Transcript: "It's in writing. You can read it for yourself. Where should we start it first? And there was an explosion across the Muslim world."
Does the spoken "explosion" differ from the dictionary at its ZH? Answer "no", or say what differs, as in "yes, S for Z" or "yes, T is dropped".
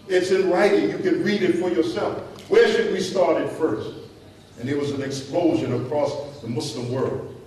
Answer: no